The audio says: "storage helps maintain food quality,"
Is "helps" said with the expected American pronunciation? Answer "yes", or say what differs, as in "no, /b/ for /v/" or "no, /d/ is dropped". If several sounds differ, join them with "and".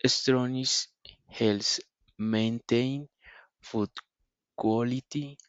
no, /p/ is dropped